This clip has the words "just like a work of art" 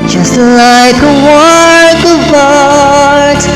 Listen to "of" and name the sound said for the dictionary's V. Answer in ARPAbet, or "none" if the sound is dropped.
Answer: B